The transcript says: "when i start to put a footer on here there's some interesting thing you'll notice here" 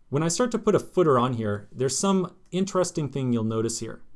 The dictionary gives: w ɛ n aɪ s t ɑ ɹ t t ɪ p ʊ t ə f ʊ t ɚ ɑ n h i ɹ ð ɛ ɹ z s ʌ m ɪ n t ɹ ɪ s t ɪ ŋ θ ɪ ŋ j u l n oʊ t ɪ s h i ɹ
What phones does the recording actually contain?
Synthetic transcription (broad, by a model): w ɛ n aɪ s t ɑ ɹ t t ɪ p ʊ t ə f ʊ t ɚ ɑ n h i ɹ ð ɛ ɹ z s ʌ m ɪ n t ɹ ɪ s t ɪ ŋ θ ɪ ŋ j u l n oʊ t ɪ s h i ɹ